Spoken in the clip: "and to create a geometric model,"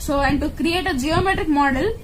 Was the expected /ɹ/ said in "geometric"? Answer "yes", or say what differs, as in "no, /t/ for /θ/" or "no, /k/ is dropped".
yes